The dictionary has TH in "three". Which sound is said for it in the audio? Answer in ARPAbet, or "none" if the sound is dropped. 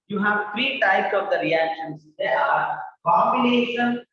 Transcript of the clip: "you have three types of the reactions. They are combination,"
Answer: F